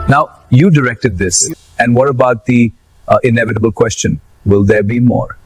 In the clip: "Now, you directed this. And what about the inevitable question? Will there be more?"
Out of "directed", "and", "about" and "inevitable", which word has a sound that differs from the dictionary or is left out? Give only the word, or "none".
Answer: none